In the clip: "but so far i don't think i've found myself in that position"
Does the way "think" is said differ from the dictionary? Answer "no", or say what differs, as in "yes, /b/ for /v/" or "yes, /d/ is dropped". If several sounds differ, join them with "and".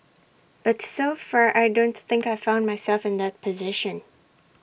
no